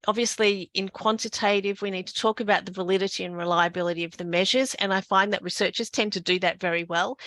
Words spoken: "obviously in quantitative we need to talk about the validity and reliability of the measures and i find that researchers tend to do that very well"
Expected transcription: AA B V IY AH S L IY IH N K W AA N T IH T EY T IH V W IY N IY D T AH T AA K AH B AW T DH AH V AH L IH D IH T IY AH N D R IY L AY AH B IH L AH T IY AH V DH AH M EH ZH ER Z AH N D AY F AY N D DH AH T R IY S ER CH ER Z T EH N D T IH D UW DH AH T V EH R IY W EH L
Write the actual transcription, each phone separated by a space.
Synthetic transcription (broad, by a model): AA B V IY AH S L IY IH N K W AA N T IH T EY T IH V W IY N IY D T AH T AA K AH B AW T DH AH V AH L IH D IH T IY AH N R IY L AY AH B IH L AH T IY AH V DH AH M EH ZH ER Z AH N AY F AY N DH AH T R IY S ER CH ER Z T EH N T IH D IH DH AH T V EH R IY W EH L